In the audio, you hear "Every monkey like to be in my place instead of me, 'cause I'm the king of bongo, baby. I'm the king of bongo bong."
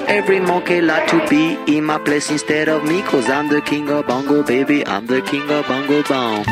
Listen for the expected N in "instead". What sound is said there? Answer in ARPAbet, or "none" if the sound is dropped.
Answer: N